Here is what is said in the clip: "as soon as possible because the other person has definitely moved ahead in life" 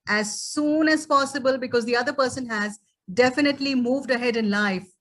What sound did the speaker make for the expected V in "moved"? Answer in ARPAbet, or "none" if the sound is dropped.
V